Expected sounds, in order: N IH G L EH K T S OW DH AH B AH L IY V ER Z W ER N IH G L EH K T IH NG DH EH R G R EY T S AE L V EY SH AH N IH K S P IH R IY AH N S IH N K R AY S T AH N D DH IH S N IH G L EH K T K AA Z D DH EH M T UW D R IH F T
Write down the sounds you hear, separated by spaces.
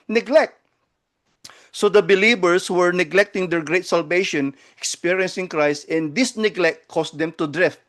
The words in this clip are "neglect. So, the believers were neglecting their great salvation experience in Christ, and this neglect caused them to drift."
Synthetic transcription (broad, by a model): N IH G L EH K T S OW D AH B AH L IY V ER S W ER N IH G L EH K T IH NG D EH R G R EY T S AE L V EY SH AH N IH K S P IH R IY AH N S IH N K R AY S T AH N D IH S N IH G L EH K T K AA S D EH M T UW D R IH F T